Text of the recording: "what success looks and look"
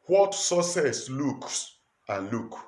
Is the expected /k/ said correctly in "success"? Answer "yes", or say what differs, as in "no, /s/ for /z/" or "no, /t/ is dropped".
no, /k/ is dropped